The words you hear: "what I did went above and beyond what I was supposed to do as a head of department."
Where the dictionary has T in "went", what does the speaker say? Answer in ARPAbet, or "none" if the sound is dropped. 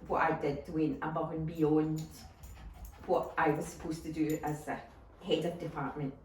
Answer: none